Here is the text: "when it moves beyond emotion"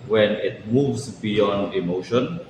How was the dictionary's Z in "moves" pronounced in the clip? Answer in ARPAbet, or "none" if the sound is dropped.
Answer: S